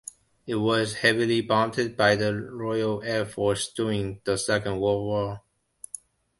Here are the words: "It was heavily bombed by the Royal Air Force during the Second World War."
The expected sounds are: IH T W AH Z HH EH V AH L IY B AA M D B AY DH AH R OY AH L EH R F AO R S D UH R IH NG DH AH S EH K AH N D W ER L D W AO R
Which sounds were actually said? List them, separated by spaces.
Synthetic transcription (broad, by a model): IH T W AH Z HH EH V AH L IY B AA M D B AY DH AH R OY AH L EH R F AO R S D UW IH NG DH AH S EH K AH N D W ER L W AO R